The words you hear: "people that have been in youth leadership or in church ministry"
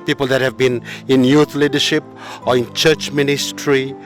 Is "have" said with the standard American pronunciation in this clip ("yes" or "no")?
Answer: yes